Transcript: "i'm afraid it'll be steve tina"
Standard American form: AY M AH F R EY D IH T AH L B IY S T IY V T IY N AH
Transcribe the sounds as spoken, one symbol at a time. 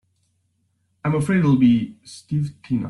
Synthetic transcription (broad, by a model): AY M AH F R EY IH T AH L B IY S T IY V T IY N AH